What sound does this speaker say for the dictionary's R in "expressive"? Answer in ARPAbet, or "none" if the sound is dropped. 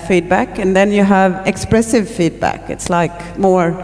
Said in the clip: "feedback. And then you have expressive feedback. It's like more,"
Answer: R